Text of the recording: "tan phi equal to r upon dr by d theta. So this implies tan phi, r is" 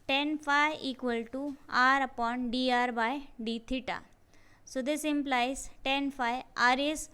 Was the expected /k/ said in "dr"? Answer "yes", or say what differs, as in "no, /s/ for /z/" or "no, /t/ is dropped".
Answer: no, /k/ is dropped